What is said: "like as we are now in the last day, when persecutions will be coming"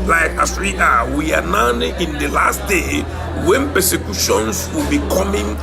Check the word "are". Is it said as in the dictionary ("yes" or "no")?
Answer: no